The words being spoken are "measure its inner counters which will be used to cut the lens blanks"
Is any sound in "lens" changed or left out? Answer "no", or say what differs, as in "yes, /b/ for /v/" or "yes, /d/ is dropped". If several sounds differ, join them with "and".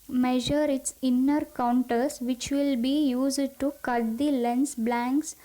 yes, /s/ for /z/